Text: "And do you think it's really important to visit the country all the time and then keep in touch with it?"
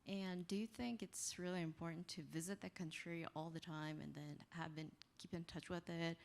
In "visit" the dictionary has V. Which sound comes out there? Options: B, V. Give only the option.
V